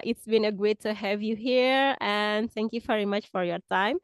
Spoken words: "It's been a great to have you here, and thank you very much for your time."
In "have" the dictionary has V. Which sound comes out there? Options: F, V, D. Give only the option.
V